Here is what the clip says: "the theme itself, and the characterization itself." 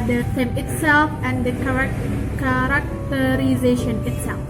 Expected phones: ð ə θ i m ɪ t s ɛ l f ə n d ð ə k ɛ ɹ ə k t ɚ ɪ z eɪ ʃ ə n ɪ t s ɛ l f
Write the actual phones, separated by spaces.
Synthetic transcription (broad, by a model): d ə s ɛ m ɪ t s ɛ l f ə n d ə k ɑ ɹ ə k t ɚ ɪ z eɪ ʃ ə n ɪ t s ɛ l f